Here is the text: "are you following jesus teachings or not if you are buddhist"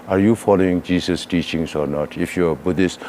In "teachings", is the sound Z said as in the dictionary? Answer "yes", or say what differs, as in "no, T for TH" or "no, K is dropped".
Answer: no, S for Z